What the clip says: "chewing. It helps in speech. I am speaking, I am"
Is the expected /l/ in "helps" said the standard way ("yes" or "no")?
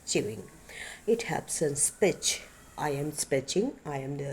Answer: no